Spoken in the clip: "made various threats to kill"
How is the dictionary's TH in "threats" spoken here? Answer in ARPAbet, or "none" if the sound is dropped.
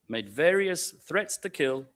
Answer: TH